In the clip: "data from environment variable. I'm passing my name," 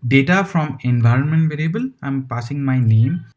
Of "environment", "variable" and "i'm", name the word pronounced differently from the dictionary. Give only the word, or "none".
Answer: none